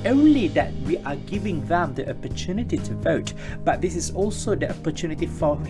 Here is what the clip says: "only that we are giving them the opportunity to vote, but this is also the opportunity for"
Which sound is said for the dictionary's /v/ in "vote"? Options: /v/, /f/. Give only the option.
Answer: /v/